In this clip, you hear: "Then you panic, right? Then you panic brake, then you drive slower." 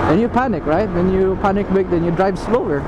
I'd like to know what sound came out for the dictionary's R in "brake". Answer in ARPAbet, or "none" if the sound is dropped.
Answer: none